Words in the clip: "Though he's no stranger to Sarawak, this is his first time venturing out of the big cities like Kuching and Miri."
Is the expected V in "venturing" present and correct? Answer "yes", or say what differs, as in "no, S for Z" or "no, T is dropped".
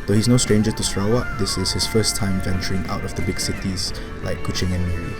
yes